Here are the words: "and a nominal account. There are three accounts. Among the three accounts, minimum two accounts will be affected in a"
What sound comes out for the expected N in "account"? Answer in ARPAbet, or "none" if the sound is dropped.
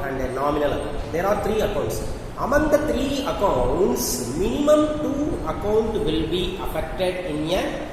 none